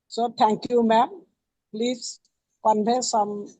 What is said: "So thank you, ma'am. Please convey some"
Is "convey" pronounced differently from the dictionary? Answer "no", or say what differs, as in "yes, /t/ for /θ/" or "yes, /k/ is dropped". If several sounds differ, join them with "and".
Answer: yes, /b/ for /v/